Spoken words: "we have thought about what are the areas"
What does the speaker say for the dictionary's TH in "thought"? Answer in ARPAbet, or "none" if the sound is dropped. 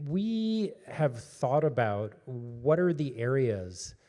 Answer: TH